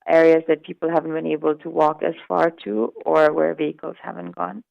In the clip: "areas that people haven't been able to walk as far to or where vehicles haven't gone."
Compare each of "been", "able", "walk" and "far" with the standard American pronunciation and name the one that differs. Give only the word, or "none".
none